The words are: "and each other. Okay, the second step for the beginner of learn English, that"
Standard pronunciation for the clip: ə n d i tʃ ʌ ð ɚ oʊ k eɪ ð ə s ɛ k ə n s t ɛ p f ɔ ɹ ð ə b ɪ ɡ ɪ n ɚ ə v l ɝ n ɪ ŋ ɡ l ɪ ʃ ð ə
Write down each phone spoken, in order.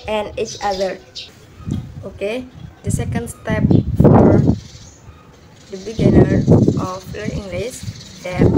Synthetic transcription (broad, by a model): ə n i tʃ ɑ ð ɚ oʊ k eɪ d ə s ɛ k ə n s t ɛ p f ɔ ɹ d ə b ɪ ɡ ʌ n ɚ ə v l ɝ ɪ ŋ ɡ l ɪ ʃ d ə